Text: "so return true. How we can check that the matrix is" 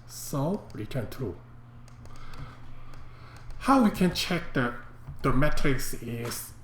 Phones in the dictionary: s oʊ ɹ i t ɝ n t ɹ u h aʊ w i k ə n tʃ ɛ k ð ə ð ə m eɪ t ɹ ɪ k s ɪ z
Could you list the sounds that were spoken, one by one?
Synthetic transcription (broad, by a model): s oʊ ɹ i t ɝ n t u h aʊ w i k ə n tʃ ɛ k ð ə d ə m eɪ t ɹ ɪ k s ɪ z